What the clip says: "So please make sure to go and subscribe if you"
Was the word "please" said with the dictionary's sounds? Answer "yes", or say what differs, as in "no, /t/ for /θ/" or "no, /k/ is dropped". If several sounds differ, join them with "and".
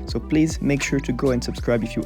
yes